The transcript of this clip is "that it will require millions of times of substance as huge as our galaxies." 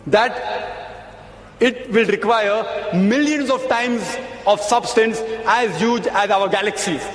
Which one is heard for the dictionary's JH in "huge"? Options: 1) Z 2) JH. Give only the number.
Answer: 2